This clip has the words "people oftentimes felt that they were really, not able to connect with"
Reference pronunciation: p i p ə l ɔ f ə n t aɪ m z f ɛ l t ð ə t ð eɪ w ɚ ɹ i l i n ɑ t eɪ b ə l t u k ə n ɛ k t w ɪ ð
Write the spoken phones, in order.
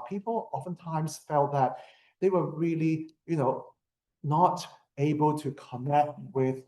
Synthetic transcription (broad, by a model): p i p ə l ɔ f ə n t aɪ m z f ɛ l t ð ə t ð eɪ w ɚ l i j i n ɑ t eɪ b ə l t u k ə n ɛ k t w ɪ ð